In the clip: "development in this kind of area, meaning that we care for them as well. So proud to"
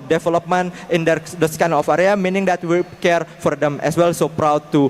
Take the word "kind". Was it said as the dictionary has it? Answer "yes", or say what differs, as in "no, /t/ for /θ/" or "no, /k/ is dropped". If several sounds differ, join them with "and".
no, /d/ is dropped